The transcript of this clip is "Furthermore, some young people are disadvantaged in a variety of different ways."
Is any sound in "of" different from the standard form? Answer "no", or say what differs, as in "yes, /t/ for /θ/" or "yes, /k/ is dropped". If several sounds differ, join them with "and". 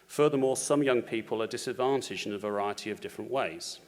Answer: no